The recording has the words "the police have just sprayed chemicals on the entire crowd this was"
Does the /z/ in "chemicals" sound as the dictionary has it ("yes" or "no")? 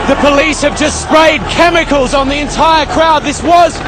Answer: yes